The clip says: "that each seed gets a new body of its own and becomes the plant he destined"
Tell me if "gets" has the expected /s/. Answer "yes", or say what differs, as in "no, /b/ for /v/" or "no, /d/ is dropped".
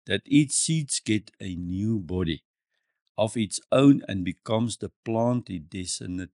no, /s/ is dropped